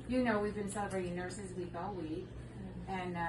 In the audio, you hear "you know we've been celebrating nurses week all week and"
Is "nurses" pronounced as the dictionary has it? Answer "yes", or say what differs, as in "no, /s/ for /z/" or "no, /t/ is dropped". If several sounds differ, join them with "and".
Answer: yes